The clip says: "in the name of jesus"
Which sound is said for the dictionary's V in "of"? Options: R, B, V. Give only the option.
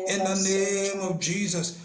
B